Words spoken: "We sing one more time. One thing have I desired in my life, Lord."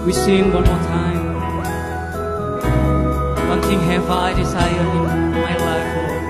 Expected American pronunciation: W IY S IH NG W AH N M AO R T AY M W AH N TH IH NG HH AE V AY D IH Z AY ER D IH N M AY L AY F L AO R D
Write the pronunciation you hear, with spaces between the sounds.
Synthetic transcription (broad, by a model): W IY S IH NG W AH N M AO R T AY M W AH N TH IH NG HH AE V AY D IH S AY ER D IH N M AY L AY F